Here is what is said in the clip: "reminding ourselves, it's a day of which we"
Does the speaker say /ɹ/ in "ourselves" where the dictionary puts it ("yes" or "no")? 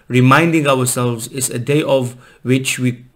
no